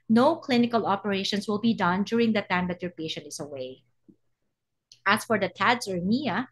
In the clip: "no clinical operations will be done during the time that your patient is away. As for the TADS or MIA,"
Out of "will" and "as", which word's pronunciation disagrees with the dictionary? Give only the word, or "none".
as